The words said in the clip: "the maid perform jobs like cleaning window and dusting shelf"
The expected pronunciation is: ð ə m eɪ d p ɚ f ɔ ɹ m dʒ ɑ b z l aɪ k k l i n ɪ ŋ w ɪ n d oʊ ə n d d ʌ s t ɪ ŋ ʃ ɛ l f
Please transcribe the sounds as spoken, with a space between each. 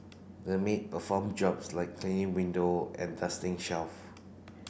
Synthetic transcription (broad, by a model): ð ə m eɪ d p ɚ f ɔ m dʒ ɑ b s l aɪ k k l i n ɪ ŋ w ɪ n d oʊ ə n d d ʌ s t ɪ ŋ ʃ ɛ l f